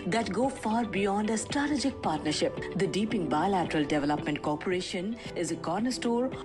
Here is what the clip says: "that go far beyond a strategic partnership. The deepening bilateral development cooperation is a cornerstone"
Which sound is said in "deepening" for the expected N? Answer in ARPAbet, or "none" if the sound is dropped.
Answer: none